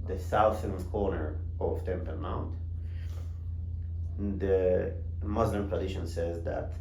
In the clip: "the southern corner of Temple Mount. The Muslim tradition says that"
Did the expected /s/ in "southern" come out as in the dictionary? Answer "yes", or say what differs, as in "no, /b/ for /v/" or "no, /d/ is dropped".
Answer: no, /θ/ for /s/